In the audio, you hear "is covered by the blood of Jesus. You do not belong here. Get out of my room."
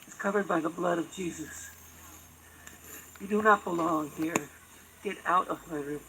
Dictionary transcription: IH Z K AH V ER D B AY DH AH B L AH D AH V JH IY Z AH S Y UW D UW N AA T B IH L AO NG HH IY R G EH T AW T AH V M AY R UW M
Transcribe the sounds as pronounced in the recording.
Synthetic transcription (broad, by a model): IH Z K AH V ER D B AY DH AH B L AH D AH V JH IY Z AH S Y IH D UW N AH T B IH L AO NG HH IY R G EH T AW T AH V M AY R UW